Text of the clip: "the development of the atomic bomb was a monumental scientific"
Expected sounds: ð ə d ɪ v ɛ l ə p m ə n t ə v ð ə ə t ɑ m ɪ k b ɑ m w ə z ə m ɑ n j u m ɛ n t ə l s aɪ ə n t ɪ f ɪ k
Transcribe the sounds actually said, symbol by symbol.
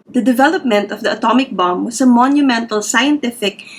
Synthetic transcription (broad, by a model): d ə d ɪ v ɛ l ə p m ə n t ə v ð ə ə t ɑ m ɪ k b ɑ m w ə s ə m ɑ n j u m ɛ n t ə l s aɪ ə n t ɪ f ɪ k